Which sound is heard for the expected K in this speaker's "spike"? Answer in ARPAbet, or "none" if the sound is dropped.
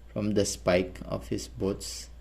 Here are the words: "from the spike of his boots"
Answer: K